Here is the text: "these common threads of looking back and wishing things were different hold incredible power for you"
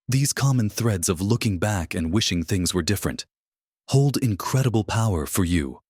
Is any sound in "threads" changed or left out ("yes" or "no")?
no